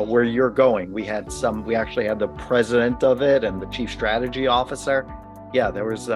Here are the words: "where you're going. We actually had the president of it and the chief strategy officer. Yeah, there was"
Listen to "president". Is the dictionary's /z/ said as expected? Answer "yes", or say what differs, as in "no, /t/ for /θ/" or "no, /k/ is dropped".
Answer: yes